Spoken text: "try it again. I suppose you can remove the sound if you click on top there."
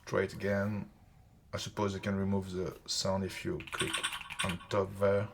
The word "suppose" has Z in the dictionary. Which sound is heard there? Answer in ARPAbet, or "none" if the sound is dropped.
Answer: Z